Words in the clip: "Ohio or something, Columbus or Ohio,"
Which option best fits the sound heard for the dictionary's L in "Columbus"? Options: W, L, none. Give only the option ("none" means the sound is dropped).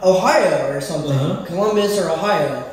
W